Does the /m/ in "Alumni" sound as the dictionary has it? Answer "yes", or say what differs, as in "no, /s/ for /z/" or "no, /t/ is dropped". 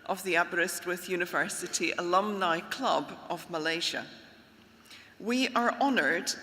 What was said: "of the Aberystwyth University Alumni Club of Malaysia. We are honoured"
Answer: yes